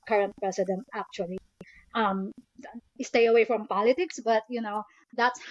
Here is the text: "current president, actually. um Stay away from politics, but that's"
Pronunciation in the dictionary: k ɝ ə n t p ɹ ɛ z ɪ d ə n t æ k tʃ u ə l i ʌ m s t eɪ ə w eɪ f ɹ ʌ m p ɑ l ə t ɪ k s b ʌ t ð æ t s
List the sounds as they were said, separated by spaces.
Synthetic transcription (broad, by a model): k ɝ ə n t p ɹ ɛ s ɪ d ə n t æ k tʃ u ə l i ʌ m s t eɪ ə w eɪ f ɹ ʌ m p ɑ l ə t ɪ k s b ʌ t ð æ t s